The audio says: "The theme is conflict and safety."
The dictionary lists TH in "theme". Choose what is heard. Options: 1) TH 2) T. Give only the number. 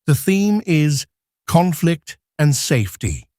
1